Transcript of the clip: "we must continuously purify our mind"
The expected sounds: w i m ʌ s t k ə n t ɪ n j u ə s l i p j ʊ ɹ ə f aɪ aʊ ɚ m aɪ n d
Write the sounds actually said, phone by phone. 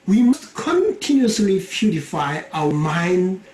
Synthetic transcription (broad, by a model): w i m ʌ s t k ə n t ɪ n j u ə s l i f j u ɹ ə f aɪ aʊ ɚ m aɪ n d